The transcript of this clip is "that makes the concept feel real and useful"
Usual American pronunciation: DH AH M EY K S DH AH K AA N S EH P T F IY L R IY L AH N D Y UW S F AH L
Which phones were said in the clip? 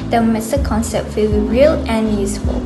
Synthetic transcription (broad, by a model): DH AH M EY S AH K AA N S EH P T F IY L R IY L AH N Y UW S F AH L